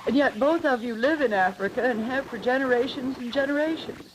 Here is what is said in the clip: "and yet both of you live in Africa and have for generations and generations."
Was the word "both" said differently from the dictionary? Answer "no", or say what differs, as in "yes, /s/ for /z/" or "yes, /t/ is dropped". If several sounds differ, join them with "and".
no